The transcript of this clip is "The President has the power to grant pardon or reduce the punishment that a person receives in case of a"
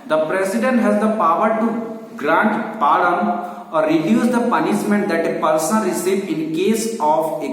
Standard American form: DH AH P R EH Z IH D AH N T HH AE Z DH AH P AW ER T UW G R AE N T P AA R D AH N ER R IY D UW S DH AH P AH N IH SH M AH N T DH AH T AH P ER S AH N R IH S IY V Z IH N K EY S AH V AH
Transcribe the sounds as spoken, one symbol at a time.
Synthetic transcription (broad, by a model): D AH P R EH S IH D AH N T HH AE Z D AH P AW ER T UW G R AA N T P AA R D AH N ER R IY D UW S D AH P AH N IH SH M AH N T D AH T AH P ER S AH N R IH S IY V IH N K EY S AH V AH